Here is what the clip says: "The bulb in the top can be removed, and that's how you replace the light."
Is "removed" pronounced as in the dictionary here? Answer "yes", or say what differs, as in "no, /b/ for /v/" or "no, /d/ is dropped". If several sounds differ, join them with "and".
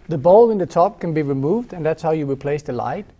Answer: yes